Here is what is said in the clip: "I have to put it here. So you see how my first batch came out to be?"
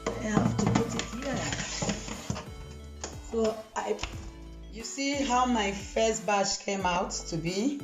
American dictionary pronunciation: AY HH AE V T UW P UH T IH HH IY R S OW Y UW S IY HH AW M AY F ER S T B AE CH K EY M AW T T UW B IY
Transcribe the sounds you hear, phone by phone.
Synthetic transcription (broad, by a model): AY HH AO F T UW P UH T IH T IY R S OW Y UW S IY HH AW M AY F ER S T B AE SH K EY M AW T T UW B IY